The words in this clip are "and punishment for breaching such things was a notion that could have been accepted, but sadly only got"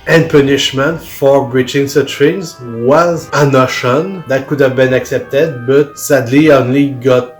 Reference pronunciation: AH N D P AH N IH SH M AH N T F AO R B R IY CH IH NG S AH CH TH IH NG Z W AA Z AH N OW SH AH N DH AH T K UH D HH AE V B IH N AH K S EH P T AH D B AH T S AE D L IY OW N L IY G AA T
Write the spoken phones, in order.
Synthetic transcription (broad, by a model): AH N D P AH N IH SH M AH N T F AO R B R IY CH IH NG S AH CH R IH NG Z W AA Z AH N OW SH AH N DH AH T K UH D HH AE V B IH N AH K S EH P T AH D B AH T S AE D L IY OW N L IY G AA T